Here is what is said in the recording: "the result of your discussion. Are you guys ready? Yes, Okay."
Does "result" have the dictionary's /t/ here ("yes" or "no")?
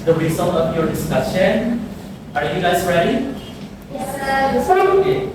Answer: no